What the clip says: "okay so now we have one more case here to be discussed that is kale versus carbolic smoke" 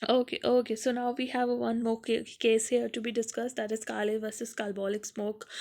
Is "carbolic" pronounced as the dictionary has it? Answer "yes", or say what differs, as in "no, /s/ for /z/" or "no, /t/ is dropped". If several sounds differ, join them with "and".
no, /l/ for /ɹ/